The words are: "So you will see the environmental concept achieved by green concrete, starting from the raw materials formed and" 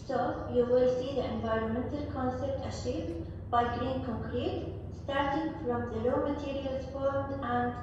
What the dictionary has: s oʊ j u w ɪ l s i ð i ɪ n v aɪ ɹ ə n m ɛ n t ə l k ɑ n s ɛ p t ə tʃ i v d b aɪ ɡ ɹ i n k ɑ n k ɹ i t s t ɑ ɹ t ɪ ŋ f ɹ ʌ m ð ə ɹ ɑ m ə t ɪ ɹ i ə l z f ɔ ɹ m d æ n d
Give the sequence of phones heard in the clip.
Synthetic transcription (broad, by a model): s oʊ j u w ɪ l s i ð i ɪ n v aɪ ɹ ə n m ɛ n t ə l k ɑ n s ɛ p t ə ʃ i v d b aɪ ɡ ɹ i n k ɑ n k ɹ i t s t ɑ ɹ t ɪ ŋ f ɹ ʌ m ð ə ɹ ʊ m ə t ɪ ɹ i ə l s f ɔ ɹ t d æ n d